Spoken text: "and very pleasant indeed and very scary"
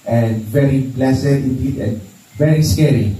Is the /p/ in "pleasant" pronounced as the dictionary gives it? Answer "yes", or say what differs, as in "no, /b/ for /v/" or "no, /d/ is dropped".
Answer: no, /b/ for /p/